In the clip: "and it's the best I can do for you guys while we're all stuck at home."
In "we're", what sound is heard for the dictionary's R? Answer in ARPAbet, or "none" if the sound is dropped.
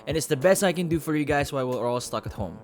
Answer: L